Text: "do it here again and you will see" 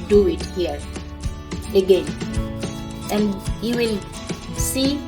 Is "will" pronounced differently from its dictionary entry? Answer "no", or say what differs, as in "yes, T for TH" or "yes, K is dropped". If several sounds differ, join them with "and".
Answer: no